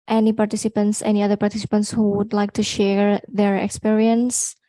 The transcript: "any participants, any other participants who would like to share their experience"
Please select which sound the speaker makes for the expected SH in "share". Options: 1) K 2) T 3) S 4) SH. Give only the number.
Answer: 4